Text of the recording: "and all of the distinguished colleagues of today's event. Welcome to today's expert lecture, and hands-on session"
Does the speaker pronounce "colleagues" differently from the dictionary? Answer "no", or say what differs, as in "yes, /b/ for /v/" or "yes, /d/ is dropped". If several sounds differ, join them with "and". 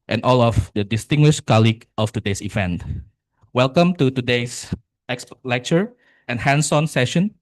yes, /z/ is dropped